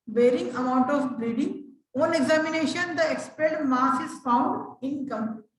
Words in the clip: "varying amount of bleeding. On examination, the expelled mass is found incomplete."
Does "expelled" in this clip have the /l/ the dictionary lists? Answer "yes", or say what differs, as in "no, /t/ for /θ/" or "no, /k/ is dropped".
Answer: no, /l/ is dropped